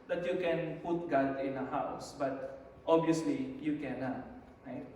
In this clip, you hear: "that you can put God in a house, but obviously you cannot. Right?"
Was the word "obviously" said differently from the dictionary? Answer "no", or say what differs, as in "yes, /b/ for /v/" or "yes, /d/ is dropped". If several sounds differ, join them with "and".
yes, /v/ is dropped